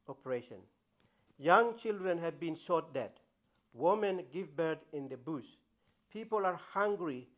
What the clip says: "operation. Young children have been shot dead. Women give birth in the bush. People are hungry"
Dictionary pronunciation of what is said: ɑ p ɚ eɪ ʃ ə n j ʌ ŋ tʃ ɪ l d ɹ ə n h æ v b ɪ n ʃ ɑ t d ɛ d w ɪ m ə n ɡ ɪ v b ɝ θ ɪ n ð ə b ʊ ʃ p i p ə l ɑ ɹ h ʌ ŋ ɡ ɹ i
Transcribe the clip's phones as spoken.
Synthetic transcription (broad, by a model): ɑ p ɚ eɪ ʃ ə n j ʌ ŋ tʃ ɪ l d ɹ ə n h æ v b ɪ n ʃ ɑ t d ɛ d w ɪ m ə n ɡ ɪ v b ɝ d ɪ n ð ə b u s p i p ə l ɑ ɹ h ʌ ŋ ɡ ɹ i